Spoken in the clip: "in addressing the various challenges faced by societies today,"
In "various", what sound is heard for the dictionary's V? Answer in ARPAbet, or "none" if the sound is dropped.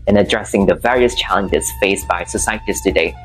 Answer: V